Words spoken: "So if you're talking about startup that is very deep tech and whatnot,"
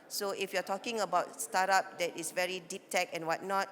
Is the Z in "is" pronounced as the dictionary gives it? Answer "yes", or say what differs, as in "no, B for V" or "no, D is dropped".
no, S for Z